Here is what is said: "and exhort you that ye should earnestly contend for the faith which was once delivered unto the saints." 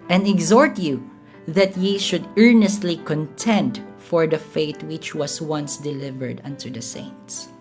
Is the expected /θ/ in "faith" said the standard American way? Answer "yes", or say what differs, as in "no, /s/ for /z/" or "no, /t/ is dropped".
no, /t/ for /θ/